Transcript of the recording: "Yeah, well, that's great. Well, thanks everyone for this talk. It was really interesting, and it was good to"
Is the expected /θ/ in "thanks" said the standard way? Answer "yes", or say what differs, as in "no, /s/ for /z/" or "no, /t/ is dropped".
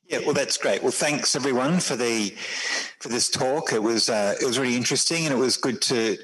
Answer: yes